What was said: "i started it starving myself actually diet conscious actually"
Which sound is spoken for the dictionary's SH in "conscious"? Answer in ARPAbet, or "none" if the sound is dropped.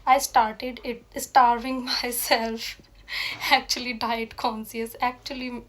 S